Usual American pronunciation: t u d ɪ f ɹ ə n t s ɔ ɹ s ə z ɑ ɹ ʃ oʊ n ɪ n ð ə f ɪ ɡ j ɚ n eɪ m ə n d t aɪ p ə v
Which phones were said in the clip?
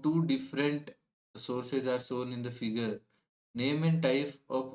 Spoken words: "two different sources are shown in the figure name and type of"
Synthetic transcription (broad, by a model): t u d ɪ f ɹ ə n t s ɔ ɹ s ə z ɑ ɹ s oʊ n ɪ n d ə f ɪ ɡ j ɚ n eɪ m ə n d t aɪ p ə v